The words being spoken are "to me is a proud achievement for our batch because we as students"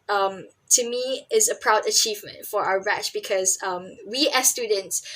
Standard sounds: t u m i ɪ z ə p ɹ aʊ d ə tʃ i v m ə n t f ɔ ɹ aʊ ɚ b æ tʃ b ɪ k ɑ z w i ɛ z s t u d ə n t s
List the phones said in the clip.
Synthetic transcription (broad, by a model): t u m i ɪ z ə p ɹ aʊ d ə tʃ i v m ə n t f ɔ ɹ aʊ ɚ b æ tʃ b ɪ k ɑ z w i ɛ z s t u d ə n t s